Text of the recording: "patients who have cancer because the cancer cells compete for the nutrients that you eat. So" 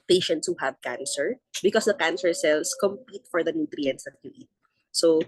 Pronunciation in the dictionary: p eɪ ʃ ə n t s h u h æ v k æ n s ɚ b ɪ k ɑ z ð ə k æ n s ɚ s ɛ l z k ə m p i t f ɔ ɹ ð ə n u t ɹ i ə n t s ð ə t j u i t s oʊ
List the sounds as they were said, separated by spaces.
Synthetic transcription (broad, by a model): p eɪ ʃ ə n t s h u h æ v k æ n s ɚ b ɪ k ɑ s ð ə k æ n s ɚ s ɛ l s k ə m p i t f ɔ ɹ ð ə n u t ɹ i ə n t s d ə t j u i t s oʊ